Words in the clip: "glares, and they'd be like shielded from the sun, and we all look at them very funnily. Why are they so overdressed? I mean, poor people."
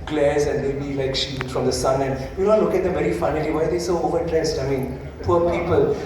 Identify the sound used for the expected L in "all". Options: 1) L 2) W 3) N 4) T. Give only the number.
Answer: 3